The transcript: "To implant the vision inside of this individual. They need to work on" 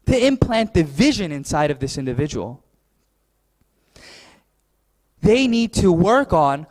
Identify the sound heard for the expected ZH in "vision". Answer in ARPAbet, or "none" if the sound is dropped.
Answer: ZH